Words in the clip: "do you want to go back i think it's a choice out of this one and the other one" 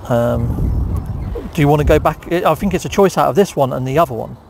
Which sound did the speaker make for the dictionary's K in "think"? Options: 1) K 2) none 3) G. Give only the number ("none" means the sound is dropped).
1